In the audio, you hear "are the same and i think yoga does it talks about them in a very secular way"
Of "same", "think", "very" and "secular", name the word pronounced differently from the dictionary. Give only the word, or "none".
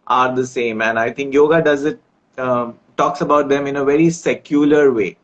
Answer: think